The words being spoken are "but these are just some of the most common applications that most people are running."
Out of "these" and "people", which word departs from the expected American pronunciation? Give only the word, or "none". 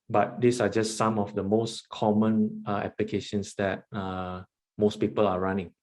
these